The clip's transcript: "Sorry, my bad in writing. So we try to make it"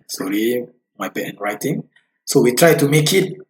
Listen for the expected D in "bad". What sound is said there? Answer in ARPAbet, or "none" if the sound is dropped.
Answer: none